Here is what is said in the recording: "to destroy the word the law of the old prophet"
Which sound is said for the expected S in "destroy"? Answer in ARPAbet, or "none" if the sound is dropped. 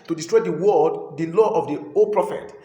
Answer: S